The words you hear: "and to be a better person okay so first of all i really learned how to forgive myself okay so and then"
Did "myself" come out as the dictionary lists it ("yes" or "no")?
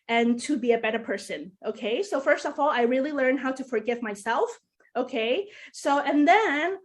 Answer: yes